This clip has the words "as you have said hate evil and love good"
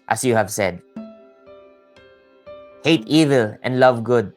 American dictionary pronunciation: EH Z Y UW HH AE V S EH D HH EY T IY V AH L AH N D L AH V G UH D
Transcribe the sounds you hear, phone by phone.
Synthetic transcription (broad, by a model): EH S Y UW HH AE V S EH D HH EY T IY V AH L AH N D L AH V G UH D